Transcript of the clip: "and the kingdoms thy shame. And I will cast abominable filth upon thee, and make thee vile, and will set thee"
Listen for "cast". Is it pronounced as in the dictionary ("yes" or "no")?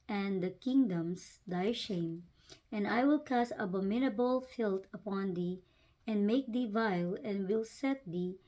no